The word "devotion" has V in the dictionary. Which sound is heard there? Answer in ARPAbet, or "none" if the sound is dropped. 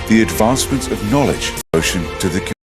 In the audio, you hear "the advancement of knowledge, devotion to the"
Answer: none